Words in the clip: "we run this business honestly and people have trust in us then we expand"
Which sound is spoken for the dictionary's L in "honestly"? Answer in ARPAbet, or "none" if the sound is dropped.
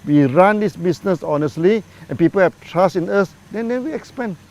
L